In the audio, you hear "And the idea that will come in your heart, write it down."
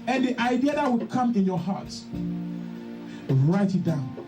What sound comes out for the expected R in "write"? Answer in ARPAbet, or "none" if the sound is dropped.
R